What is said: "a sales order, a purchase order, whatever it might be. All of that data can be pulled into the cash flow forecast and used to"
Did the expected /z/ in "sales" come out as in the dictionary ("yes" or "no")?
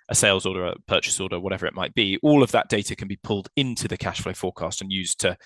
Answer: yes